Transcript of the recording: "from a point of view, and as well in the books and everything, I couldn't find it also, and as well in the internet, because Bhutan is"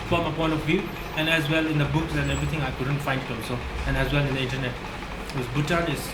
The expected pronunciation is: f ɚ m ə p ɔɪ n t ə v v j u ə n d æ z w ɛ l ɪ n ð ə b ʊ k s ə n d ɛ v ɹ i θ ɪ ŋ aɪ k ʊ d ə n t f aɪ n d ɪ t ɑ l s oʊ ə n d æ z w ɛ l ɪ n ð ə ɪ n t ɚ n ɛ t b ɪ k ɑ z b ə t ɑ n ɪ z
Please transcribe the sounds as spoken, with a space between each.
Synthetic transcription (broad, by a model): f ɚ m ə p ɔɪ n t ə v v j u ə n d æ z w ɛ l ɪ n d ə b ʊ k s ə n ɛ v ɹ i t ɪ ŋ aɪ k ʊ d ə n t f aɪ n d ɪ t ɑ l s oʊ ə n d æ z w ɛ l ɪ n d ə ɪ n t ɚ n ɛ t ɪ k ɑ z b ə t ɑ n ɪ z